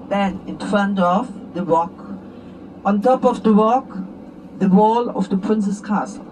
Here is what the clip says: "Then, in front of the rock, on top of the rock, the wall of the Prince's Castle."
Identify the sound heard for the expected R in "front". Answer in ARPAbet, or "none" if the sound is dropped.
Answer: none